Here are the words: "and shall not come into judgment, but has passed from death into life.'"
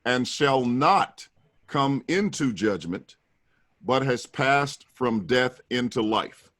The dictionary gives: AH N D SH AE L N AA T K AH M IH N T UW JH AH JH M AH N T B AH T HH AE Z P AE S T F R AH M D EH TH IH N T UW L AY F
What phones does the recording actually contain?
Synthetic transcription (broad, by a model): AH N SH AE L N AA T K AH M IH N T UW JH AH JH M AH N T B AH T HH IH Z P AE S T F R AH M D EH TH IH N T UW L AY F